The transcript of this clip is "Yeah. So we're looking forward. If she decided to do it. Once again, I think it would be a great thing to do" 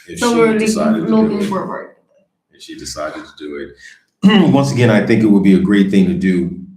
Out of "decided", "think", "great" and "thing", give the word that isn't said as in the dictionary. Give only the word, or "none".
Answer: none